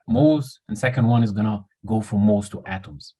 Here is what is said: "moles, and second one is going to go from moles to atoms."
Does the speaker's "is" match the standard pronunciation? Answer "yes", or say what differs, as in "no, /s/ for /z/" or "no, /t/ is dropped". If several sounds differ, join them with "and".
yes